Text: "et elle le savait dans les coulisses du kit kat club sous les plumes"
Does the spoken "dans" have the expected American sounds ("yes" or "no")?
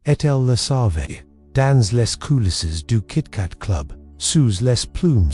yes